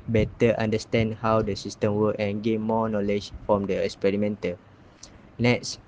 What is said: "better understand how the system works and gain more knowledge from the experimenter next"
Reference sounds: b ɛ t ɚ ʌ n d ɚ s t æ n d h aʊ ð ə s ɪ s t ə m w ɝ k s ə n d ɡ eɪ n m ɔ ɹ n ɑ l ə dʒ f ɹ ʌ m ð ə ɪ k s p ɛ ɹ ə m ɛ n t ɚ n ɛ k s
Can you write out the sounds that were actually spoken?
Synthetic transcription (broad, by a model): b ɛ t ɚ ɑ n d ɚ s t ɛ n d h aʊ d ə s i s t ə m w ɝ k ə n ɡ eɪ n m ɔ n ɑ l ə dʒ f ɹ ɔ m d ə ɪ k s p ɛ ɹ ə m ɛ n t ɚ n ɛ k s